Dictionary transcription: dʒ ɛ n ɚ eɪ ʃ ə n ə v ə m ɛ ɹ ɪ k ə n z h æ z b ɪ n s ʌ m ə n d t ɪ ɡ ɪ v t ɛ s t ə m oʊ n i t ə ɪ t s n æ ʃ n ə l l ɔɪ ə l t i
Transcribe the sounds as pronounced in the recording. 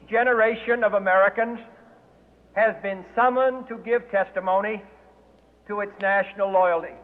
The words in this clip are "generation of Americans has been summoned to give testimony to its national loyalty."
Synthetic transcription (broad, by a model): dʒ ɛ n ɚ eɪ ʃ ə n ə v ə m ɛ ɹ ɪ k ə n z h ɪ z b ɪ n s ʌ m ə n t ɪ ɡ ɪ v t ɛ s t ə m oʊ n i t ə ɪ t s n æ ʃ n l l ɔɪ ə l t i